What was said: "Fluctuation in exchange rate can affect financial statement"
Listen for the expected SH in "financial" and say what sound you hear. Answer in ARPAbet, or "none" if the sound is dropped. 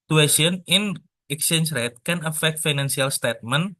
S